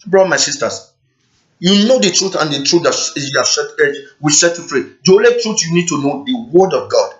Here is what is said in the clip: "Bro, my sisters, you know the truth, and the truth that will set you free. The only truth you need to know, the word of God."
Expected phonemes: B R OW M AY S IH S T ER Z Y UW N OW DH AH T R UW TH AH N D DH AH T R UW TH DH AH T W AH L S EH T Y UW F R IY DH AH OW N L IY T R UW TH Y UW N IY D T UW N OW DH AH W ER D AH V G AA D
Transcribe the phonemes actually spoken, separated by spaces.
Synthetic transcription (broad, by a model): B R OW M AY S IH S T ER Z Y UW N OW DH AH T R UW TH AH N D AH T R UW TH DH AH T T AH W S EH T Y UW F R IY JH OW L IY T R UW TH Y UW N IY D T UW N OW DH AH W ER D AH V G AA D